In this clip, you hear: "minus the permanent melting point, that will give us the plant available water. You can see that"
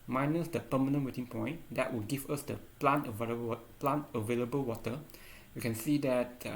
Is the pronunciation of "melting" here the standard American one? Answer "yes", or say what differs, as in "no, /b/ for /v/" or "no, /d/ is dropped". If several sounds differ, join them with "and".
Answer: no, /l/ is dropped